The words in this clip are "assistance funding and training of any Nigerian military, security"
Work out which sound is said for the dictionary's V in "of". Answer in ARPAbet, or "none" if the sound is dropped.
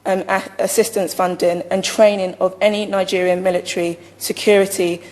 V